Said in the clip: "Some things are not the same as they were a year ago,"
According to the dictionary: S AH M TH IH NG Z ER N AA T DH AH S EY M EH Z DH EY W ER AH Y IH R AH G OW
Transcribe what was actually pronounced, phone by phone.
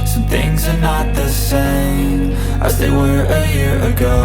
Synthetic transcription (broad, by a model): S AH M TH IH NG Z ER N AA T DH AH S EY M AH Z DH EY W ER AH Y IH R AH G OW